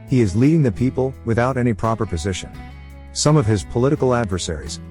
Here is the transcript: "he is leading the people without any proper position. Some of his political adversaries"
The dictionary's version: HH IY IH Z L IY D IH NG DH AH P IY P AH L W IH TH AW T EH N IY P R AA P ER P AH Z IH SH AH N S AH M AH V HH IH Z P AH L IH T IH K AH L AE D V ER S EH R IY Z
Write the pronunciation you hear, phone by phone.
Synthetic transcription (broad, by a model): HH IY IH Z L IY D IH NG DH AH P IY P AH L W IH TH AW T EH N IY P R AA P ER P AH Z IH SH AH N S AH M AH V IH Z P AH L IH T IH K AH L AE D V ER S EH R IY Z